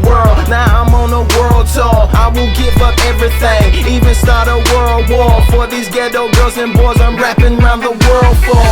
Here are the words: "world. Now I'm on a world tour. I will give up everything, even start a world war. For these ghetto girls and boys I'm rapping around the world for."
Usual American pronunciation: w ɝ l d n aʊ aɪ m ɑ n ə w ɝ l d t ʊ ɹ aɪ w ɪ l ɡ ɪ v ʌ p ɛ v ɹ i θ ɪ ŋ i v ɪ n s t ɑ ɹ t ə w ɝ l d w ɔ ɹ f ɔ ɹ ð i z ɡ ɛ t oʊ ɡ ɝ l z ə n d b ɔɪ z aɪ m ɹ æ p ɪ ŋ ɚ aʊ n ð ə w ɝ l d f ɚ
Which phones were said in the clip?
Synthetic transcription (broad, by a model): w ɝ l d n aʊ aɪ m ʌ n ə w ɝ l d s ʊ aɪ w ɪ l ɡ ɪ v ʌ p ɛ v ɹ i θ ɪ ŋ i v ɪ n s t ɑ ɹ t ə w ɝ l d w ɔ ɹ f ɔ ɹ ð i z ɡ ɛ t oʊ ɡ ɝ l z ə n b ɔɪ z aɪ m ɹ æ p ɪ ŋ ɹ aʊ n ð ə w ɝ l d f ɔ